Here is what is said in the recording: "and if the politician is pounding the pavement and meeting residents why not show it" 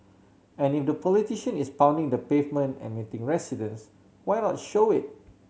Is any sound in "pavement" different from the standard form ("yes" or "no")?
no